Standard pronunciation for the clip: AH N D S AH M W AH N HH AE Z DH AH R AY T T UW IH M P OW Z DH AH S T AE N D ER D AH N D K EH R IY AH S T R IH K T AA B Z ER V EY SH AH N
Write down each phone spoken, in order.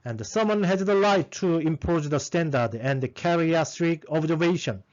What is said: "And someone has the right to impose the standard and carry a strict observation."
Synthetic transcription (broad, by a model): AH N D S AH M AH N HH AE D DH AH L AY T T UW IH M P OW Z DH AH S T AE N D ER D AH N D K EH R IY AH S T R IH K AA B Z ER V EY SH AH N